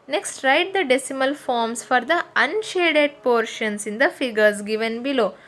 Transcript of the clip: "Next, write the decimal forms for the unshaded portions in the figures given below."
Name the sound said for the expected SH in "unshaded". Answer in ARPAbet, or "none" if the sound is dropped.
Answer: SH